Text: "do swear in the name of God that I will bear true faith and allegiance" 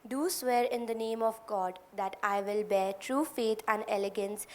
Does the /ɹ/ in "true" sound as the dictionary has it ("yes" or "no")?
yes